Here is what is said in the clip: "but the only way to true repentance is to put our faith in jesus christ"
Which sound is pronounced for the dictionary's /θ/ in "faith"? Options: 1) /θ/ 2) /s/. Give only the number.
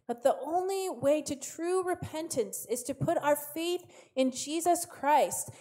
1